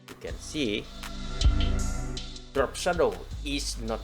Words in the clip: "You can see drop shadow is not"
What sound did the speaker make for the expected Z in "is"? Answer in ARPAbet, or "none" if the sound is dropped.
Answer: S